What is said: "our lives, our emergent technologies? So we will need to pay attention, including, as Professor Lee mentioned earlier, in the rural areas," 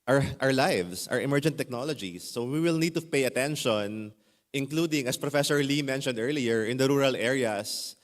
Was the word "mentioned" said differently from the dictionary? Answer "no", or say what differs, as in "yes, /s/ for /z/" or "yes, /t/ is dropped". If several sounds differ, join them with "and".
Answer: no